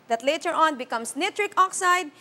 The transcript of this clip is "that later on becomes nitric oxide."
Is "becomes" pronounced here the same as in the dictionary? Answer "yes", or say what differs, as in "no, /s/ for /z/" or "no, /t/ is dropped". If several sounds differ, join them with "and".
no, /s/ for /z/